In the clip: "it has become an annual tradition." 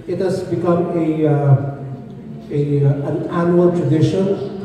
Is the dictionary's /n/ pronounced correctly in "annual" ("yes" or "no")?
yes